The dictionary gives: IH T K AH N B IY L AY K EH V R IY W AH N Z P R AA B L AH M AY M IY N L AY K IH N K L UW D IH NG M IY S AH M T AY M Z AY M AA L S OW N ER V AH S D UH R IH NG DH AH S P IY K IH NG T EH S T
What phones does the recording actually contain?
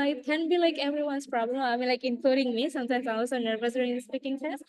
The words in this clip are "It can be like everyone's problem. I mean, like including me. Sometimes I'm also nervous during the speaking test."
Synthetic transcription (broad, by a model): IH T K AH N B IY L AY K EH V R IY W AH N S P R AA B L AH M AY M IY L AY K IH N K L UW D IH NG M IY S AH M T AY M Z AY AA S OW N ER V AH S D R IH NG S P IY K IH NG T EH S